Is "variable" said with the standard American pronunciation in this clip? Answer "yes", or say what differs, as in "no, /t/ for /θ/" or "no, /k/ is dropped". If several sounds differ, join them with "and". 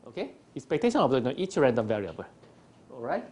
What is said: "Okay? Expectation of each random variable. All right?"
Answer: yes